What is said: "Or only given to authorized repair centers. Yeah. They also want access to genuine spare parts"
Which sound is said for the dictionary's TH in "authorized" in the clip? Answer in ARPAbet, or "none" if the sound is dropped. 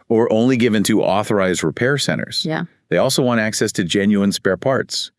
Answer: TH